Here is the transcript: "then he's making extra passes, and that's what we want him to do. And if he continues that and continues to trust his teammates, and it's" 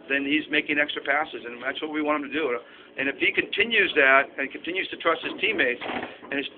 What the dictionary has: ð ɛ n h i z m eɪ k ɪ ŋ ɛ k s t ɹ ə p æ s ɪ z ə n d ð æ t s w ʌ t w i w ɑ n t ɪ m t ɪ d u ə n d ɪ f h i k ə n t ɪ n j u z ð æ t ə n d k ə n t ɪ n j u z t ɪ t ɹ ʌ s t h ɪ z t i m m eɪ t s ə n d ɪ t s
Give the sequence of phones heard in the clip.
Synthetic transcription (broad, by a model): ð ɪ n i z m eɪ k ɪ ŋ ɛ k s t ɹ ə p æ s ɪ z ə n ð æ t s w ʌ t w i w ɑ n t ɪ m t ɪ d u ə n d ɪ f h i k ə n t ɪ n j u z ð æ t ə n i k ə n t ɪ n j u z t ɪ t ɹ ʌ s t h ɪ z t i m m eɪ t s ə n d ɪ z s